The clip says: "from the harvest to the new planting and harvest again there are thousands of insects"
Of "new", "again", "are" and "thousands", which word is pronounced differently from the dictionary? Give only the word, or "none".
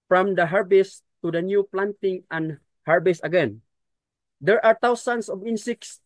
thousands